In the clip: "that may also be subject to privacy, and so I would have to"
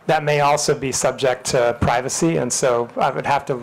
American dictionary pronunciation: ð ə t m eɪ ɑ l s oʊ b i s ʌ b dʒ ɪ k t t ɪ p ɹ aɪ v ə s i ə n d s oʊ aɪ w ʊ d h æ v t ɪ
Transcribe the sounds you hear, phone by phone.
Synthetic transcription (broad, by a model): ð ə t m eɪ ɑ l s oʊ b i s ʌ b dʒ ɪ k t t ɪ p ɹ aɪ v ə s i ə n s oʊ aɪ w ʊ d h æ f t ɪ